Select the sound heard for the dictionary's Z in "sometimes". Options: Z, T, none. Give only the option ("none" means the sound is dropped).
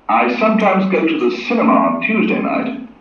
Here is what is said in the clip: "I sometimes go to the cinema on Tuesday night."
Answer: Z